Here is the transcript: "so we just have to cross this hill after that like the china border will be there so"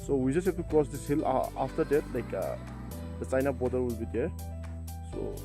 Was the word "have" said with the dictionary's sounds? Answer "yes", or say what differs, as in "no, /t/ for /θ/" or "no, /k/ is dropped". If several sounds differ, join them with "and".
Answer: no, /b/ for /v/